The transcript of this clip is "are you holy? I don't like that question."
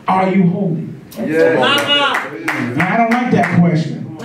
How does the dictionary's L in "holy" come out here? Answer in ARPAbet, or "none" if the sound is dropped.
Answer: none